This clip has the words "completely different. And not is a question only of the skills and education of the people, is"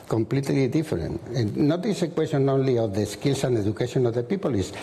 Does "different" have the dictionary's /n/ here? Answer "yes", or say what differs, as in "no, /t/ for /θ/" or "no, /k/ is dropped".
no, /n/ is dropped